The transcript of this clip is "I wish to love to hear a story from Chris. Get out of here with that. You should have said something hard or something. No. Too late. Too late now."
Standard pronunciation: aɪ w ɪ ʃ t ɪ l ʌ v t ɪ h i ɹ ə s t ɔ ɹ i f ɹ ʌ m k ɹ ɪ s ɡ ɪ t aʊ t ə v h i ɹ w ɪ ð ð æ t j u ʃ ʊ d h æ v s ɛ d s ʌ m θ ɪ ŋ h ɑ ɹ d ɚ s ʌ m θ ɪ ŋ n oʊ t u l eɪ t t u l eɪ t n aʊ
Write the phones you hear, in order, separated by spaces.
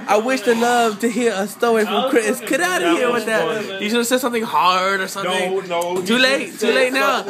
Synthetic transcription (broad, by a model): aɪ w ɪ ʃ t ɪ l ʌ v t ɪ h i ɹ ə s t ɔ i f ɹ ʌ m k ɹ ɪ s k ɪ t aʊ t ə h i ɹ w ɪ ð ð æ t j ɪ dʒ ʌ s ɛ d s ʌ m θ ɪ ŋ h ɑ ɹ d ɚ s ʌ m θ ɪ ŋ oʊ t u l eɪ t t u l eɪ t n aʊ